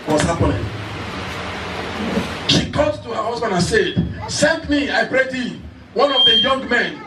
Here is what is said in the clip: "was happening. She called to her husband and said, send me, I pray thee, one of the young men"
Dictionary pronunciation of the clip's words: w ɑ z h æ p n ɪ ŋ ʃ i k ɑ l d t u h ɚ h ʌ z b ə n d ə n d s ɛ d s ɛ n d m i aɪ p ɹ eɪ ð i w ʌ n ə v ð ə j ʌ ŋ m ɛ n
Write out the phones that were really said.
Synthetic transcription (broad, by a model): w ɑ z h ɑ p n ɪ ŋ ʃ i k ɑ d t u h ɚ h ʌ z b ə n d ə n s ɛ d s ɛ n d m i aɪ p ɹ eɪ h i w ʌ n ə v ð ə j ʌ ŋ m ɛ n